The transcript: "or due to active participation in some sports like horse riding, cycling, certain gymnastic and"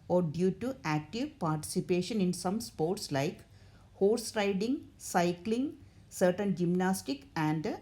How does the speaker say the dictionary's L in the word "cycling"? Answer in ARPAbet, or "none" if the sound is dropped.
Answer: L